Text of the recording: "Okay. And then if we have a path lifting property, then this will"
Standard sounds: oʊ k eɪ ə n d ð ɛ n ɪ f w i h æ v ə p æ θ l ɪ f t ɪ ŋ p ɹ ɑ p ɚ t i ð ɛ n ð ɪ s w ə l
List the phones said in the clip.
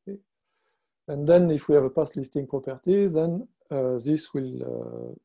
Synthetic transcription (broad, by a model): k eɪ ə n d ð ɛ n ɪ f w i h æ v ə p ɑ s l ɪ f t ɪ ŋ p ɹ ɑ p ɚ t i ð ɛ n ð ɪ s w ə l